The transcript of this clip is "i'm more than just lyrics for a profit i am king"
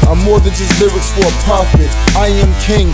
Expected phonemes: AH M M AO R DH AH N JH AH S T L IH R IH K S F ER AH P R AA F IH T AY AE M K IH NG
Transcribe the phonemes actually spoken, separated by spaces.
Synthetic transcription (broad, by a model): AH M M AO R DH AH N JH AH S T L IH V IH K F ER AH P AA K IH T AY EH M K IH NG